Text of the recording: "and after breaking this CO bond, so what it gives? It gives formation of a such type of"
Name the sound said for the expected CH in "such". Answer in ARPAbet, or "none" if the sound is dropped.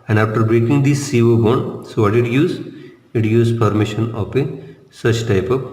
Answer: CH